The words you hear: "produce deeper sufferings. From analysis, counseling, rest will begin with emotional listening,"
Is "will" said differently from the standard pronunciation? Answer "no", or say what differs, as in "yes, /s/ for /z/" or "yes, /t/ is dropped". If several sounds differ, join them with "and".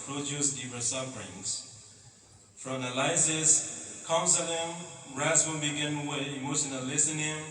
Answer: yes, /n/ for /l/